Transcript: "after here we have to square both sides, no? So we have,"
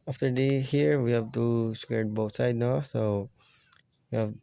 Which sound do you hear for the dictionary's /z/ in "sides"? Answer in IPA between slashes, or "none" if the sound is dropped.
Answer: none